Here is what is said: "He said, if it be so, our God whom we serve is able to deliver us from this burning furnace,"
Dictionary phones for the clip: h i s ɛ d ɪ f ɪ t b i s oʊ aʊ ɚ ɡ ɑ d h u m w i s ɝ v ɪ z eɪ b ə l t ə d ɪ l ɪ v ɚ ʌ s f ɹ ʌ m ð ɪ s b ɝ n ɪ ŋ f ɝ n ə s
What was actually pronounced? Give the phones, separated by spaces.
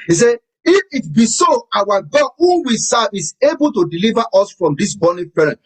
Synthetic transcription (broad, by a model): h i s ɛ ɪ f ɪ t b i s oʊ aʊ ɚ ɡ ɑ d h u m w i s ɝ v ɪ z eɪ b ə l t ə d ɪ l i v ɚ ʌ s f ɹ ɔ m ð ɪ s b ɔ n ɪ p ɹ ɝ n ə